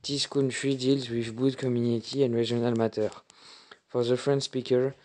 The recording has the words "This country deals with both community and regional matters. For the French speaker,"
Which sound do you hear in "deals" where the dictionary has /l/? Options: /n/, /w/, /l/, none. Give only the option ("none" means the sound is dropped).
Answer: /l/